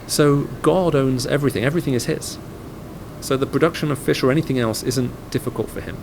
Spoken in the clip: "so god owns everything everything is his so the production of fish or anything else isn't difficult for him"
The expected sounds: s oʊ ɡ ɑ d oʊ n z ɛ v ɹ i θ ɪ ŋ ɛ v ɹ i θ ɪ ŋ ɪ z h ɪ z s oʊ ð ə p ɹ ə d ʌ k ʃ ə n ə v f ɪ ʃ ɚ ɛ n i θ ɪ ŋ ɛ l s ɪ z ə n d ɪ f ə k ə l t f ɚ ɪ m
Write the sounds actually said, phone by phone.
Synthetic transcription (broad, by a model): s oʊ ɡ ɑ d oʊ n z ɛ v ɹ i θ ɪ ŋ ɛ v ɹ i θ ɪ ŋ ɪ z h ɪ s s oʊ ð ə p ɹ ə d ʌ k ʃ ə n ə v f ɪ ʃ ɚ ɛ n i θ ɪ ŋ ɛ l s ɪ z ə n d ɪ f ə k ə l t f ɚ ɪ m